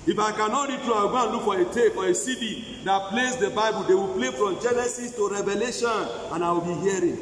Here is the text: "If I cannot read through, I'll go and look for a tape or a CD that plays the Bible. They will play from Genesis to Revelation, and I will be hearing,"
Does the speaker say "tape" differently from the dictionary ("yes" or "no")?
yes